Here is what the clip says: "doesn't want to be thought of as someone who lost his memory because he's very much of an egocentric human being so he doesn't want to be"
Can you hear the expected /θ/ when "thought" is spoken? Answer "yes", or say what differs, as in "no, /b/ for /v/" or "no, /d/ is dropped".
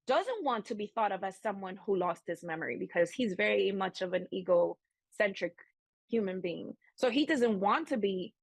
yes